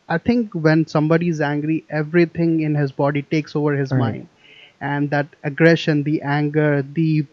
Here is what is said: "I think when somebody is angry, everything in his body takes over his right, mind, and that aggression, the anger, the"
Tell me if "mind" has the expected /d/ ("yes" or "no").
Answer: yes